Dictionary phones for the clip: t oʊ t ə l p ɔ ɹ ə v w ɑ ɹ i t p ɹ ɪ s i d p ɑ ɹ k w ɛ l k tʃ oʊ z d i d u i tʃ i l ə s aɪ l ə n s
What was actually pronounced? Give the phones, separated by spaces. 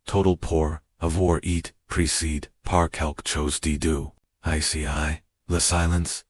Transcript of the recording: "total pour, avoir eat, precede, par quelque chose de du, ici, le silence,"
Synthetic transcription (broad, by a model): t oʊ t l p ɔ ɹ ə v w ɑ ɹ i t p ɹ ɪ s i d p ɑ ɹ k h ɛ l k tʃ oʊ z d i d u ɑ s i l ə s aɪ l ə n s